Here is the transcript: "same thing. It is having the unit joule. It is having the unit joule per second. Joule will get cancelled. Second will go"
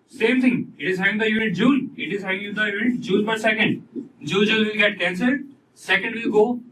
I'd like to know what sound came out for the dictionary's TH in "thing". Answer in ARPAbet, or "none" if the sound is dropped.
T